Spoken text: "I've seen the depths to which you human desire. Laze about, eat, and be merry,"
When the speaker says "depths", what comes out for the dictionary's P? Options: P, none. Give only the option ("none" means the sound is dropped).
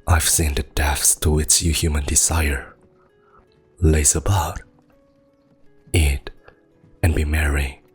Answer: none